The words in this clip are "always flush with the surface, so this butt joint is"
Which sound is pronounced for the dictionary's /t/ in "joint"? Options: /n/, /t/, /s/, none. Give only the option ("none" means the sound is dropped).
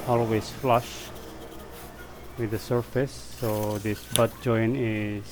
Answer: none